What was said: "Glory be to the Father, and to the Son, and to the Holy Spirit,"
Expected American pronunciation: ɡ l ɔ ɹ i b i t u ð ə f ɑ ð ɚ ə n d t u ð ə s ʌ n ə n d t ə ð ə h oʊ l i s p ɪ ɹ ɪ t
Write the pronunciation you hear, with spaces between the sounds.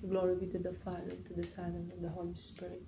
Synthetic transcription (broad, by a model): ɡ l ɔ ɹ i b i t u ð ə f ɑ ɪ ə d t u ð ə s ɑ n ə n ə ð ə h oʊ l i s p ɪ ɹ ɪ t